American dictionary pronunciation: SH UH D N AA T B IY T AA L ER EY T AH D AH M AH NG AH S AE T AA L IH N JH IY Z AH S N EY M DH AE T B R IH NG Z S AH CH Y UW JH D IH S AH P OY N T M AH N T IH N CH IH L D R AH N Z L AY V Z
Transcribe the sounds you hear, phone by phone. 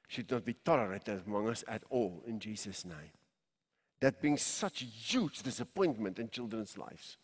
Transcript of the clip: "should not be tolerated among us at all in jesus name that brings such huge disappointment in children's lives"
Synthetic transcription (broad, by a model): SH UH D N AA T B IY T AA L ER EY T AH D AH M AH NG AH S AE T AA L IH N JH IY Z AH S N EY M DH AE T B IH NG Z S AH CH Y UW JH D IH S AH P OY N T M AH N T IH N CH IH L D R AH N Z L AY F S